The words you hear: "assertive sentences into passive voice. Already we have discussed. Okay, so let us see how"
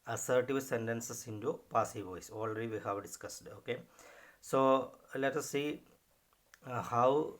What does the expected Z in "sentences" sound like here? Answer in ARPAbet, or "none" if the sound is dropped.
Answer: S